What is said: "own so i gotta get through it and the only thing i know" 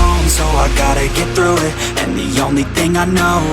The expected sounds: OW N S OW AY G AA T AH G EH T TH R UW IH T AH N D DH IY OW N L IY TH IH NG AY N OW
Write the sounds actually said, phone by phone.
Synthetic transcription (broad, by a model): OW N S OW AY G AA T AH G EH T TH R UW IH T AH N DH IY OW N L IY TH IH NG AY N OW